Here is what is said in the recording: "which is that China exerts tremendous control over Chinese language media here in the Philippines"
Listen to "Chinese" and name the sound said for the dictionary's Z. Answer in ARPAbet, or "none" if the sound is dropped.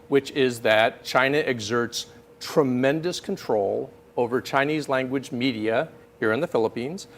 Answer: Z